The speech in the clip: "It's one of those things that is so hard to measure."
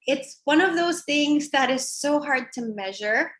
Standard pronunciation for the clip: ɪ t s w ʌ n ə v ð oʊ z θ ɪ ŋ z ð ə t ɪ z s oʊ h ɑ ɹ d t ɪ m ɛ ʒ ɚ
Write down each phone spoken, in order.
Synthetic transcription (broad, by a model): ɪ t s w ʌ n ə v ð oʊ z θ ɪ ŋ z ð ə t ɪ z s oʊ h ɑ ɹ d t ɪ m ɛ ʒ ɚ